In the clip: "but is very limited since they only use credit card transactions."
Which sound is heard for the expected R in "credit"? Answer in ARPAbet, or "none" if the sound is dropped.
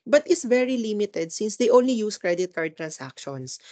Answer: R